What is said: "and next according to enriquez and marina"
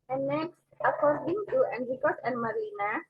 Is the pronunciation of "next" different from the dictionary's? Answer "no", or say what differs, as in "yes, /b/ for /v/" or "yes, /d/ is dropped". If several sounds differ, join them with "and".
no